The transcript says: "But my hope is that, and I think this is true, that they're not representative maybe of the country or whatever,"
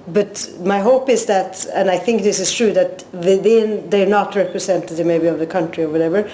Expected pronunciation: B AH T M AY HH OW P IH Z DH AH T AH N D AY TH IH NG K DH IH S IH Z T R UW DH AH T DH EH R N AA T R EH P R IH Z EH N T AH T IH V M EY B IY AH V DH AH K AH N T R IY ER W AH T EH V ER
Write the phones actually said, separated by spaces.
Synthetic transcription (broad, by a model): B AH T M AY HH OW P IH Z DH AH T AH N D AY TH IH NG K DH IH S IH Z T R UW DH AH T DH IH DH N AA T R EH P R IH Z EH N T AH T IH V M EY B IY AH V DH AH K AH N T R IY ER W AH T EH V ER